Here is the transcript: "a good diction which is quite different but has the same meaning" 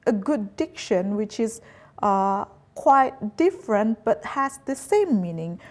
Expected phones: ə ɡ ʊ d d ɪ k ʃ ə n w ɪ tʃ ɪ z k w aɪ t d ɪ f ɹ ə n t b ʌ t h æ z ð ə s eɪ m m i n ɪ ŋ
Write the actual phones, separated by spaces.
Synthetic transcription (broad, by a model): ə ɡ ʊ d d ɪ k ʃ ə n w ɪ tʃ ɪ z k w aɪ t d ɪ f ɹ ə n t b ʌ t h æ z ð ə s eɪ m m i n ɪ ŋ